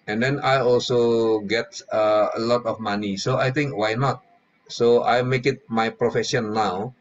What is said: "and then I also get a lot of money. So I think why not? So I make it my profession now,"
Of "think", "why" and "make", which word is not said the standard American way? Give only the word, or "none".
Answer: think